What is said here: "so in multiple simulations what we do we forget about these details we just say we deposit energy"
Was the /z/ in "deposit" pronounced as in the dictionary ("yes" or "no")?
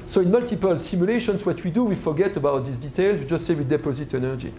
yes